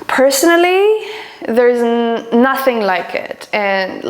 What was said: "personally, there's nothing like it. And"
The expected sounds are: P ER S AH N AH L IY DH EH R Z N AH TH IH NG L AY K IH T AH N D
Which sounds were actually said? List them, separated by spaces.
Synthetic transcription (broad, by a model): P ER S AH N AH L IY DH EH R Z N AH TH IH NG L AY K IH T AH N